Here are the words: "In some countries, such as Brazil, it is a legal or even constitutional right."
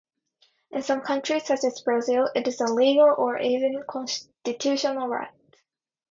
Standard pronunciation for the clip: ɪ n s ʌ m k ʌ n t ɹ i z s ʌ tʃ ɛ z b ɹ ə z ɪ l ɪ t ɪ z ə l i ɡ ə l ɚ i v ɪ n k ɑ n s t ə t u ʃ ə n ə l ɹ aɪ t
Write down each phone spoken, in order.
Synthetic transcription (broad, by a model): ɪ n s ʌ m k ʌ n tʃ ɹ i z s ʌ tʃ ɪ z b ɹ ə z ɪ l ɪ t ɪ z ə l i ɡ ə l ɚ i v ɪ n k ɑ n s t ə t u ʃ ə n l ɹ aɪ t